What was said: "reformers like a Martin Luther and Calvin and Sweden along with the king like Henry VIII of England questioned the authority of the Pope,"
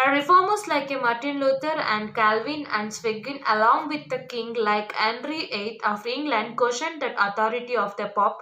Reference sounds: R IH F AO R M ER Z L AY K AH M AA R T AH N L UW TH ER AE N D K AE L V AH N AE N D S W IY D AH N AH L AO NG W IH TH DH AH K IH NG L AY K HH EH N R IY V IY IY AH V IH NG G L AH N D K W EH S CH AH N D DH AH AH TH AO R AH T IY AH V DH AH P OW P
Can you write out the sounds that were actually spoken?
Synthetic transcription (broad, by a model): R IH F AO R M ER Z L AY K AH M AA R T AH N L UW T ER AE N D K AE L V AH N AE N D S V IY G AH N AH L AO NG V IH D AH K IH NG L AY K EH N R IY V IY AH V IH NG G L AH N D K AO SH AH N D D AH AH T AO R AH T IY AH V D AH P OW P